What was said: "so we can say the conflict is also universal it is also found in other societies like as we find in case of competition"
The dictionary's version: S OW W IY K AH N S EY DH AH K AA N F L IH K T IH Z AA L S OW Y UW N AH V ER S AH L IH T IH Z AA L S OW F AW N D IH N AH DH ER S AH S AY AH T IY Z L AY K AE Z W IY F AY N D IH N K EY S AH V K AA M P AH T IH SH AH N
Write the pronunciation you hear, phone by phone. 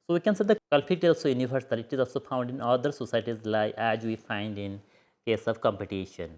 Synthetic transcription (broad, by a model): S OW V IY K AH N S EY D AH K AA L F IH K T IH Z AA L S OW Y UW N AH V ER S AH L IH T IH Z AA L S OW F AW N D IH N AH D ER S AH S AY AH T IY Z L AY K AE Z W IY F AY N D IH N K EY S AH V K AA M P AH T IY SH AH N